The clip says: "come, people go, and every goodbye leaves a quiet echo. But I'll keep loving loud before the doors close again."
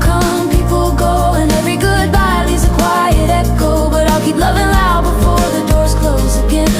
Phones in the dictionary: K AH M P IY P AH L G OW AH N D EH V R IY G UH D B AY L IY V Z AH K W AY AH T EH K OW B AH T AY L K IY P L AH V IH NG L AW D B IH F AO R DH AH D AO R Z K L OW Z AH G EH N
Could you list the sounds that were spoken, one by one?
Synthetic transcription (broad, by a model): K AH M P IY P L G OW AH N EH V R IY G UH D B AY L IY Z AH K W AY AH T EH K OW B AH T AY L K IY P L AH V IH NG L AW B IH F AO R DH AH D AO R Z K L OW Z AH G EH N